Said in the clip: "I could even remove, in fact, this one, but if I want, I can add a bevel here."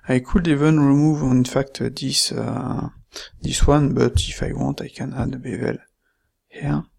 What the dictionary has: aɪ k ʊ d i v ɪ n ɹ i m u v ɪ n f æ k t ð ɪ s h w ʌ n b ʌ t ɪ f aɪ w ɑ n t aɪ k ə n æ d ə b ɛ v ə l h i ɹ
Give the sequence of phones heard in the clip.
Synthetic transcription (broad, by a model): aɪ k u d i v ɪ n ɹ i m u v ɪ n f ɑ k t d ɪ s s w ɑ n b ʌ t ɪ f aɪ w ɑ t aɪ k ə n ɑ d ə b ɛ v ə l h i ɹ